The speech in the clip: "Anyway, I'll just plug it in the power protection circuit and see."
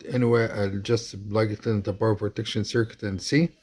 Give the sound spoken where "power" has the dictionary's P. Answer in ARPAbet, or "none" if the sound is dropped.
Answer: B